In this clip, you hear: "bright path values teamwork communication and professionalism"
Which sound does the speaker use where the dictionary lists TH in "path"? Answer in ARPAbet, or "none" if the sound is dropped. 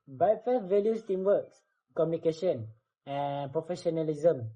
F